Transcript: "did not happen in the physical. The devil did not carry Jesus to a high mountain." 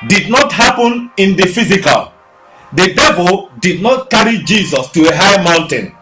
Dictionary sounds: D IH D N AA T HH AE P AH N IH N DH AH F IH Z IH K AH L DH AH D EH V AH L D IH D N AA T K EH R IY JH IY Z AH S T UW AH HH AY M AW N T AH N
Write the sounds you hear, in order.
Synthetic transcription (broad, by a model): D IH D N AA T HH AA P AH N IH N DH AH F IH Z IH K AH L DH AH D EH V AH L D IH D N AA T K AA R IY JH IY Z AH S T UW AH HH AY M AW N T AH N